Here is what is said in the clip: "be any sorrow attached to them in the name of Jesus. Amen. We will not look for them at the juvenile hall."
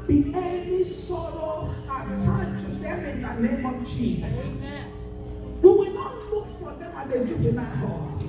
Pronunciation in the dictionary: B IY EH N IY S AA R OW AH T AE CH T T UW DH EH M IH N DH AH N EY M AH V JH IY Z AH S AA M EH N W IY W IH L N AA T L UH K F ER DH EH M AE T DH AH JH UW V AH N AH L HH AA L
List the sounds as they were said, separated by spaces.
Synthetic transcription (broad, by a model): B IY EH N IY S AA R OW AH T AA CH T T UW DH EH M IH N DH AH N EY M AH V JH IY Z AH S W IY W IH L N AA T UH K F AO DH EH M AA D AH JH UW W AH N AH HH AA